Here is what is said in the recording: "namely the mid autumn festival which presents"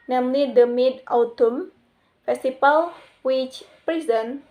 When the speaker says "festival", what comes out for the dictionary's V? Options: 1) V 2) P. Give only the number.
2